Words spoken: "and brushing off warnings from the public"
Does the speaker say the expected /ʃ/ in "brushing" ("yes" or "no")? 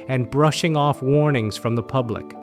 yes